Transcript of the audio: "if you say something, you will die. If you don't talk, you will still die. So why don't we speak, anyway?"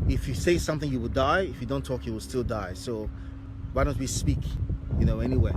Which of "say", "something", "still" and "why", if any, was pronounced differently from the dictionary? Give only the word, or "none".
none